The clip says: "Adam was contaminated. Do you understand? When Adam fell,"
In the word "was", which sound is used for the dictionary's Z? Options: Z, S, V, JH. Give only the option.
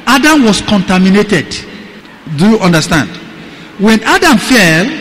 S